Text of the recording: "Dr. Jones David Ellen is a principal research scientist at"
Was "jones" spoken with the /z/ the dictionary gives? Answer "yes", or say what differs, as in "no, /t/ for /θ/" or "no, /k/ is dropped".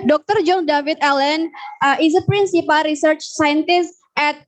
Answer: no, /z/ is dropped